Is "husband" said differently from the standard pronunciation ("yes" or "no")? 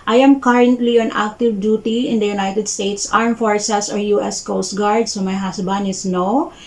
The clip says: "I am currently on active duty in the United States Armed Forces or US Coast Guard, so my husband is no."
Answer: yes